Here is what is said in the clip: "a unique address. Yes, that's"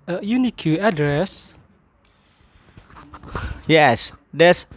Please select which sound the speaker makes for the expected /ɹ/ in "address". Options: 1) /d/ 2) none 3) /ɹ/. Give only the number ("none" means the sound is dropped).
3